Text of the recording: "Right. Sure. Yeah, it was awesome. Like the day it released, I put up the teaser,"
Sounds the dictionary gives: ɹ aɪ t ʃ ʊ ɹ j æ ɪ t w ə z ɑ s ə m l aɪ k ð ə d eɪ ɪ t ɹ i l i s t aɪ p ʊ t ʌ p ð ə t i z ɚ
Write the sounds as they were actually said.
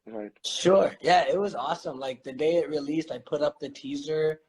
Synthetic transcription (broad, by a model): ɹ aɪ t ʃ ʊ ɹ j æ ɪ t w ə z ɑ s ə m l aɪ k ð ə d eɪ ɪ t ɹ i l i s t aɪ p ʊ t ʌ p ð ə t i z ɚ